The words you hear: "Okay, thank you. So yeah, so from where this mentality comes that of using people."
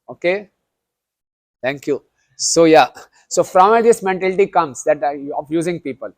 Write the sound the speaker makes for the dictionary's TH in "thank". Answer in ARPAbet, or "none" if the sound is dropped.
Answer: T